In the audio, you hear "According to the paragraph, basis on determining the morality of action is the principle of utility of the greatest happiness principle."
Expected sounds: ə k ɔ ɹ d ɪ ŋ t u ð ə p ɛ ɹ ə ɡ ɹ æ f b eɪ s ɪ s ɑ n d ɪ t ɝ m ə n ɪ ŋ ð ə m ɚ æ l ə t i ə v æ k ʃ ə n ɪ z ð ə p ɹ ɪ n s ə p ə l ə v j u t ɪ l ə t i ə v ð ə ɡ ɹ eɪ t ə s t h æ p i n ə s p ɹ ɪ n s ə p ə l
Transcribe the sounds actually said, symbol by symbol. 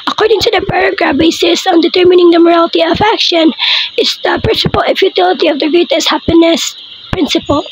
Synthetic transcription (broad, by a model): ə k ɔ ɹ d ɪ ŋ t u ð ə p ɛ ɹ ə ɡ ɹ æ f b eɪ s ɪ s ɑ n d ɪ t ɝ m ə n ɪ ŋ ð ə m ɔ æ l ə t i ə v æ k ʃ ə n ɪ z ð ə p ɹ ɪ n s ə p ə l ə f j u t ɪ l ə t i ə v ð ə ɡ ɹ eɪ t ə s h æ p i n ə s p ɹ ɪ n s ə p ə l